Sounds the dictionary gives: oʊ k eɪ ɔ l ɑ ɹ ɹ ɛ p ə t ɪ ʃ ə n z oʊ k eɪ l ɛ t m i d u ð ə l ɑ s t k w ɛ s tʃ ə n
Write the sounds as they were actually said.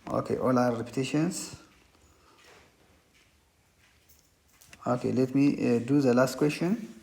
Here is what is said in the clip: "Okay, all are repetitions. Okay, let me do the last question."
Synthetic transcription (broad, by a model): oʊ k eɪ ɔ l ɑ w ɹ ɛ p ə t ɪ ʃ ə n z oʊ k eɪ l ɛ t m i d u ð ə l ɑ s t k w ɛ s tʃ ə n